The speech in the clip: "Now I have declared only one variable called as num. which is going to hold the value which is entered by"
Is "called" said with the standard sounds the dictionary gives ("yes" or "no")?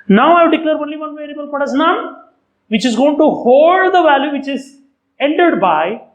no